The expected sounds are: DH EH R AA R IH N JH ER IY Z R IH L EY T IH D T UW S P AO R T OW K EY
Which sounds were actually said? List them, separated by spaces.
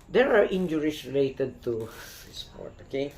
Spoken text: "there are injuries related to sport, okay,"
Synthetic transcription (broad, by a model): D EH R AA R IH N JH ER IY S R IH L EY T IH D T UW S P AO R T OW K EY